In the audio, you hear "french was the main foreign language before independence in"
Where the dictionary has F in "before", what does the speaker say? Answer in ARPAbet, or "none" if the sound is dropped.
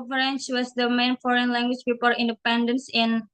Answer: P